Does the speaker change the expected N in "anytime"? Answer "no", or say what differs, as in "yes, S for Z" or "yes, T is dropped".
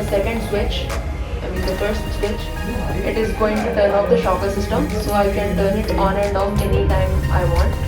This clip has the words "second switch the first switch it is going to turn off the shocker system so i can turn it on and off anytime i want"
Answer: no